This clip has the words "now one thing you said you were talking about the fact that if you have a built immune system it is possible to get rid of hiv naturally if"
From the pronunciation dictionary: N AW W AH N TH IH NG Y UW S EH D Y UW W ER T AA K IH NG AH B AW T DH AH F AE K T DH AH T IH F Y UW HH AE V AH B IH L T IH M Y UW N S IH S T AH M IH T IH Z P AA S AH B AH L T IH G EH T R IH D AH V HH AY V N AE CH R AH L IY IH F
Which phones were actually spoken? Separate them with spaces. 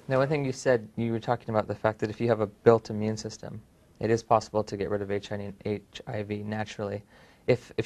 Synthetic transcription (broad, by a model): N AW W AH N TH IH NG Y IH S EH D Y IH W ER T AA K IH NG AH B AW T DH AH F AE K DH AH T IH F Y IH V AH B IH L T IH M Y UW N S IH S T AH M IH T IH Z P AA S AH B L T IH G EH T R IH D AH V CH AY V N AE CH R L IY IH F